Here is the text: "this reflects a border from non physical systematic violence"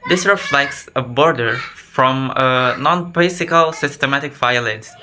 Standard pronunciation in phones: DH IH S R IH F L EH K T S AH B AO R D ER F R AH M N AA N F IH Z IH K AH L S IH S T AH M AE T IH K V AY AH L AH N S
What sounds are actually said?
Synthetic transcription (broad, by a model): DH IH S R IH F L EH K T S AH B AO R D ER F R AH M N AA N P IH S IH K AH L S IH S T AH M AE T IH K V AY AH L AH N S